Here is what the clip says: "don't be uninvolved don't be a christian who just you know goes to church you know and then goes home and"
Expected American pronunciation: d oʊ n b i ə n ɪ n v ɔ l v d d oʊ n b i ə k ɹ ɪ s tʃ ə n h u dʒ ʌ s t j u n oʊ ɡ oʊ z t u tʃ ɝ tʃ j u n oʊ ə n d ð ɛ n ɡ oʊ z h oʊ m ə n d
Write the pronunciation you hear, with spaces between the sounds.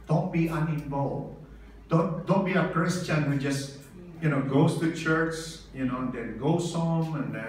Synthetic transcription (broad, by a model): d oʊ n b i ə n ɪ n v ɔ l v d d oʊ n b i ə k ɹ ɪ s tʃ ə n h u dʒ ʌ s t j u n oʊ ɡ oʊ s t u tʃ ɝ tʃ j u n oʊ ə n d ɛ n ɡ oʊ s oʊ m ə n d